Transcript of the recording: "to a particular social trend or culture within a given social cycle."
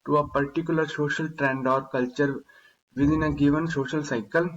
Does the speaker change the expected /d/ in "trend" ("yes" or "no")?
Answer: no